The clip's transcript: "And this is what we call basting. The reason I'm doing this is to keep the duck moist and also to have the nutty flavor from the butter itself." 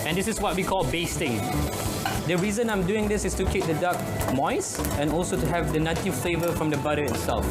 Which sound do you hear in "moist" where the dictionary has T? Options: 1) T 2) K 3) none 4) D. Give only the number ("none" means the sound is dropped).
3